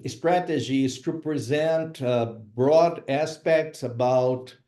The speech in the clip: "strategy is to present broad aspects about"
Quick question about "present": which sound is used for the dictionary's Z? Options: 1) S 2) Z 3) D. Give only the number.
2